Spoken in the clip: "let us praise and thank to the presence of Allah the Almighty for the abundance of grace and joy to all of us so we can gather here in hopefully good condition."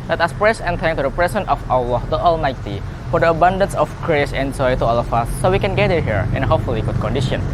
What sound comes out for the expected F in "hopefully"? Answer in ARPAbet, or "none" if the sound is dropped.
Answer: F